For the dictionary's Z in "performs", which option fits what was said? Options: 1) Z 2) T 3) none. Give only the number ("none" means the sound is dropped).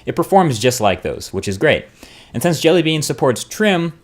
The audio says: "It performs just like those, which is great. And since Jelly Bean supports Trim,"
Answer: 1